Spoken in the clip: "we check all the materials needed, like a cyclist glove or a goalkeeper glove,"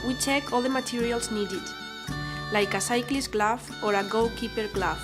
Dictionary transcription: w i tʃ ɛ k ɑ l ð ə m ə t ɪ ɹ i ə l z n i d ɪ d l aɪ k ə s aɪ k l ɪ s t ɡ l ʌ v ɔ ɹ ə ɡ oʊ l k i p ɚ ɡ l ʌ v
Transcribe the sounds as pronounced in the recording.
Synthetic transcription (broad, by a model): w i tʃ ɛ k ɑ l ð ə m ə t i ɹ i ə l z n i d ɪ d l aɪ k ə s aɪ k l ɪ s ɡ l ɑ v ɔ ɹ ə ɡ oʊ w k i p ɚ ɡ l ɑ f